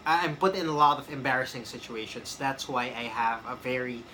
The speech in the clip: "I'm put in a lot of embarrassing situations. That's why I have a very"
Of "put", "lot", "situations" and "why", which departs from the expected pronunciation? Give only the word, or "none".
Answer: situations